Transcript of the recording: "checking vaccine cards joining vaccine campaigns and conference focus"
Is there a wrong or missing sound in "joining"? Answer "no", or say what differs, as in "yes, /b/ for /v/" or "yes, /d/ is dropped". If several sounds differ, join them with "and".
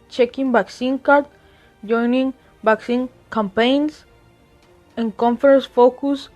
no